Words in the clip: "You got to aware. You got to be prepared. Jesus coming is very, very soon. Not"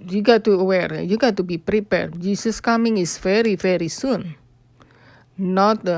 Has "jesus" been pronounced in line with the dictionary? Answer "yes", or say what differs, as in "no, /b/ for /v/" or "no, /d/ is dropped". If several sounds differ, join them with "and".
no, /s/ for /z/